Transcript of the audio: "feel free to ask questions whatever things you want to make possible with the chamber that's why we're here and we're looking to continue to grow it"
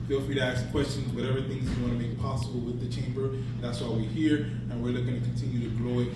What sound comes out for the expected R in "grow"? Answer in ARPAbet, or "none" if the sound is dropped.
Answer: L